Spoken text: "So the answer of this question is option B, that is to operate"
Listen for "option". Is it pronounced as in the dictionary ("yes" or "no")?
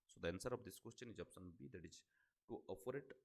no